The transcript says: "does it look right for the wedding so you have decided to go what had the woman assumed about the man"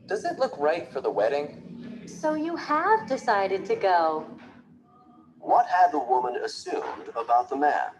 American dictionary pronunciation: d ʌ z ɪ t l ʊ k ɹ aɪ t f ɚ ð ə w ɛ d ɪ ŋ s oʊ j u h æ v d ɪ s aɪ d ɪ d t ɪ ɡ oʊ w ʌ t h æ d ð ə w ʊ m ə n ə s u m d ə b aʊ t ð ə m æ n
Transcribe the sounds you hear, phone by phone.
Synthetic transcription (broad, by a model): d ʌ z ɪ t l ʊ k ɹ aɪ t f ɚ ð ə w ɛ d ɪ ŋ s oʊ j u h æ v d ɪ s aɪ d ɪ d t ɪ ɡ oʊ w ʌ t h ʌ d ð ə w ʊ m ə n ə s u m d ə b aʊ t ð ə m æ n